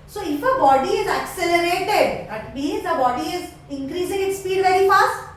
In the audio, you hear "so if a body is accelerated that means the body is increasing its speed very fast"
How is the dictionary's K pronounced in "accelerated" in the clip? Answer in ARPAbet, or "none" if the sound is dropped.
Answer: K